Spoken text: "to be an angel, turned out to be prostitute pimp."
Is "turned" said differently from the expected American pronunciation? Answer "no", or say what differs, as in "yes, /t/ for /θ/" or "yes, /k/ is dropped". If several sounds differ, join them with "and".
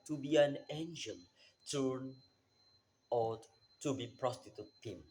yes, /d/ is dropped